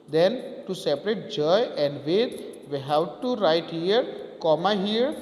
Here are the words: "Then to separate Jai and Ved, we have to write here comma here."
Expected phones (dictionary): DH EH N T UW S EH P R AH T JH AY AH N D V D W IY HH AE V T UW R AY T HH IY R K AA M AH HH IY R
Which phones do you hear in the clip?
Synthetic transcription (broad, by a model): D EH N T UW S EH P R AH T JH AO AH N D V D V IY HH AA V T UW R AY T HH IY R K AA M AH HH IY R